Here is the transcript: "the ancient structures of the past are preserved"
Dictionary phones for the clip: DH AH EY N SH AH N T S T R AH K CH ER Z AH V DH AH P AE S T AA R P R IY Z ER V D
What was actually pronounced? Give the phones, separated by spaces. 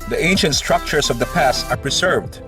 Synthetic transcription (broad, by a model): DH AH EY N SH AH N T S T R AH K CH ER S AH V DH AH P AE S T AA R P R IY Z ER V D